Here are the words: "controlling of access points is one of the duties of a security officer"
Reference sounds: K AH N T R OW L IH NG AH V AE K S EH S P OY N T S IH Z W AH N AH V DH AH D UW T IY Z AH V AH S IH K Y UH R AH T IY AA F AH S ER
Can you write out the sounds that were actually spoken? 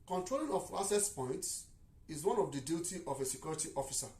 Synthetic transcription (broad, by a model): K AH N T R OW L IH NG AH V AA S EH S P OY N T S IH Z W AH N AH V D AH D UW T IY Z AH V AH S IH K Y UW R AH T IY AA F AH S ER